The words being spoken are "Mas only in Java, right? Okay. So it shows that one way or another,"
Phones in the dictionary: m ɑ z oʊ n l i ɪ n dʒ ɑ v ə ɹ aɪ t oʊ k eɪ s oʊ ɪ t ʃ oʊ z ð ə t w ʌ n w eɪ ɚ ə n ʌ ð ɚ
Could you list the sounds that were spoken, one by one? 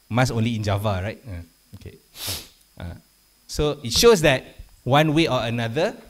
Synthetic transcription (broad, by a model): m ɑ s oʊ n l i ɪ n dʒ ɑ v ə ɹ aɪ t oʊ k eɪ s oʊ ɪ t ʃ oʊ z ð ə t w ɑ n w eɪ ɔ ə n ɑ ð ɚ